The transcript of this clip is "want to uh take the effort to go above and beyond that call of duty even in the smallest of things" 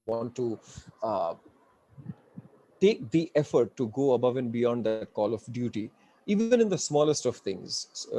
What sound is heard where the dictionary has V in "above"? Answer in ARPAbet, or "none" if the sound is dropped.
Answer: V